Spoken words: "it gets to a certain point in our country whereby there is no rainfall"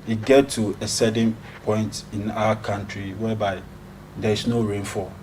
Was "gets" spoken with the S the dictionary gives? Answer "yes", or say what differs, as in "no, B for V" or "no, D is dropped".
no, S is dropped